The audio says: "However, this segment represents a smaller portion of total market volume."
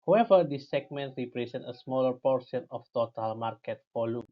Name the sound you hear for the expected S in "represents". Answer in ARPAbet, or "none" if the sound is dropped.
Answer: none